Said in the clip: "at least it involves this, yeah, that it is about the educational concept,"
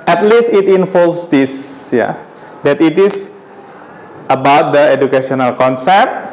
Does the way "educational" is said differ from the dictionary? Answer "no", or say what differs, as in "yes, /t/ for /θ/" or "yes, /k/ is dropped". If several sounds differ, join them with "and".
yes, /s/ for /ʃ/